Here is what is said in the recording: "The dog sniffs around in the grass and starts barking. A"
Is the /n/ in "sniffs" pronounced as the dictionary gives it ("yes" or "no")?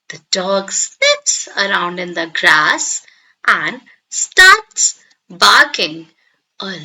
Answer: no